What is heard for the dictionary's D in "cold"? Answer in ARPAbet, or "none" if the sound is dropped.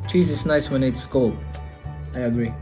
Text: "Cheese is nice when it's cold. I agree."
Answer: none